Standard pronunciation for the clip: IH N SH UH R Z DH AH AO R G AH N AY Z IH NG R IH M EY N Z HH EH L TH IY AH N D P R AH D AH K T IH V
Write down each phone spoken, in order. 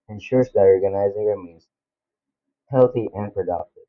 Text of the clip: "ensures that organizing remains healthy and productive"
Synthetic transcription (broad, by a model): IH N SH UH R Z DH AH AO R G AH N AY Z IH NG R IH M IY Z HH EH L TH IY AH N P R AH D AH K T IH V